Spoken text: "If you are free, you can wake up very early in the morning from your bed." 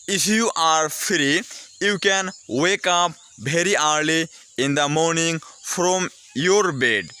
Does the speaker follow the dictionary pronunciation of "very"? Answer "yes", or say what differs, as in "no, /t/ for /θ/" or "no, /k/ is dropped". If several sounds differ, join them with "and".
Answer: no, /b/ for /v/